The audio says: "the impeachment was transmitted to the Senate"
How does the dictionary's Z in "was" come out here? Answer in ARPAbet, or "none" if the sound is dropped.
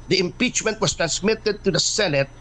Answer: S